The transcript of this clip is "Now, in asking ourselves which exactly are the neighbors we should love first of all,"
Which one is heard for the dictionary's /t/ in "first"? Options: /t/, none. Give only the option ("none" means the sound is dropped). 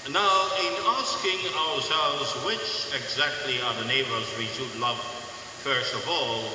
/t/